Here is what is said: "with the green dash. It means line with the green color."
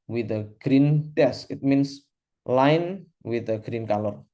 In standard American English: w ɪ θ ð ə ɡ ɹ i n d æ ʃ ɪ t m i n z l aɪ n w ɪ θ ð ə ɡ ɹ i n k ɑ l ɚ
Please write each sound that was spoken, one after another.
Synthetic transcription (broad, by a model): w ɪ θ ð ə ɡ ɹ i n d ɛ s ɪ t m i n s l aɪ n w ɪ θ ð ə ɡ ɹ i n k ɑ l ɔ